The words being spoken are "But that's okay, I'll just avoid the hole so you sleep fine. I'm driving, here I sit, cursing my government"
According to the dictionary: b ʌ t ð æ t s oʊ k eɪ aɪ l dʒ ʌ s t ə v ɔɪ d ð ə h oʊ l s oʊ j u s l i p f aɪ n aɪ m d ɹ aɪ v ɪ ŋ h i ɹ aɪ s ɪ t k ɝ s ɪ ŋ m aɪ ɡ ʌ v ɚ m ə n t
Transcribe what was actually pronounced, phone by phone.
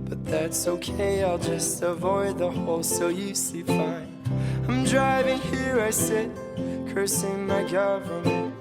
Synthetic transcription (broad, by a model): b ʌ t ð æ t s oʊ k eɪ aɪ l dʒ ʌ s t ə v ɔɪ d ð ə h oʊ l s oʊ j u s i f aɪ n aɪ m d ɹ aɪ v ɪ ŋ h i ɹ aɪ s ɪ t k ɝ s ɪ ŋ m aɪ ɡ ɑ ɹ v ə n